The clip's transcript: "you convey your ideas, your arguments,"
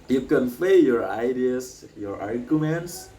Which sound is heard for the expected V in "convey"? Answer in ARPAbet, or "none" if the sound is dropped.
P